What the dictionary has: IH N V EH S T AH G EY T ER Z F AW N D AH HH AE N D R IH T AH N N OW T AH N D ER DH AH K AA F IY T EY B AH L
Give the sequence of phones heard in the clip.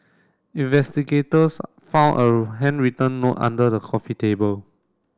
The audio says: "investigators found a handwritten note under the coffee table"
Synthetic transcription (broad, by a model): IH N V EH S T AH G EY T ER S F AW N AH HH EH N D R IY T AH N N OW T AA N D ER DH AH K AA F IY T EY B AH L